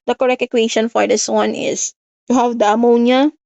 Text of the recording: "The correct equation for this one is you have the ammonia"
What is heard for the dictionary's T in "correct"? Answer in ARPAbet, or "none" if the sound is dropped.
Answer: none